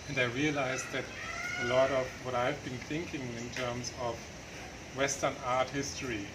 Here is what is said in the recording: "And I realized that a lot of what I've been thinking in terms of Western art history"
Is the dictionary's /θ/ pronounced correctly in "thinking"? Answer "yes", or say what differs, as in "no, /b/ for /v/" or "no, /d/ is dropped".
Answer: yes